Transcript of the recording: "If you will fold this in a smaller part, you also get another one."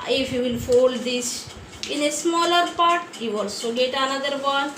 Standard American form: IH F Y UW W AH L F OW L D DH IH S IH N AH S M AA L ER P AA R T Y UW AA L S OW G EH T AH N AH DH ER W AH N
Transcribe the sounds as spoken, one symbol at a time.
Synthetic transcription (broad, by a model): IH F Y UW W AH L F OW L D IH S IH N AH S M AA L ER P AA R T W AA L S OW G EH T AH N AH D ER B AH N